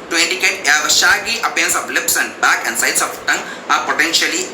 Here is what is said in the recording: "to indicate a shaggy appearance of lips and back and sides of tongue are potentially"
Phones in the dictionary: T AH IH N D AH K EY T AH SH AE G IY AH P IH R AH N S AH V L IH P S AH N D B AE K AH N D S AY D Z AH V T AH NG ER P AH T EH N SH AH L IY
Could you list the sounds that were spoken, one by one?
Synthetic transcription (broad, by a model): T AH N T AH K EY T AH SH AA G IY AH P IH AH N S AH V L IH P S AH N D B AE K AH N D S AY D S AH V T AH NG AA P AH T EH N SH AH L IY